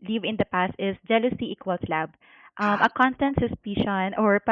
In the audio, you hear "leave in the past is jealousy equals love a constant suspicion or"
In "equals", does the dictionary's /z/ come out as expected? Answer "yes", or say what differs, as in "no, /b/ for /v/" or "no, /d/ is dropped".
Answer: no, /s/ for /z/